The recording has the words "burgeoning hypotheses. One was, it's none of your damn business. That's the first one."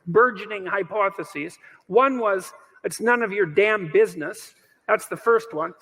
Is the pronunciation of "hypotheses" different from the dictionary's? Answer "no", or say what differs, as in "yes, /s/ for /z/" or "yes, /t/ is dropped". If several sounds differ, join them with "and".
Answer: no